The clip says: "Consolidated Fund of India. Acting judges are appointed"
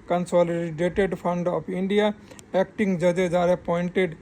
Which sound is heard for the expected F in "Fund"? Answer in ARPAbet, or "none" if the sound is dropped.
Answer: P